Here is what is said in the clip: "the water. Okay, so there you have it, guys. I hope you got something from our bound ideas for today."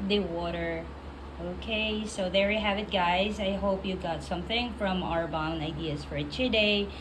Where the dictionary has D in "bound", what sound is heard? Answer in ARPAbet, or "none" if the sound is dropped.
none